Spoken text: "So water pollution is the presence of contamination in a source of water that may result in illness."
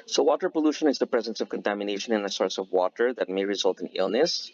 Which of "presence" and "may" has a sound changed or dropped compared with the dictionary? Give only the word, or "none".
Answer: none